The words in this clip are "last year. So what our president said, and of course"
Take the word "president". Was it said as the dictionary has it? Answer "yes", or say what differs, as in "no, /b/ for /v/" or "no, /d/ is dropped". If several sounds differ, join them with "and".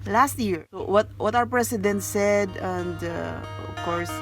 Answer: no, /s/ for /z/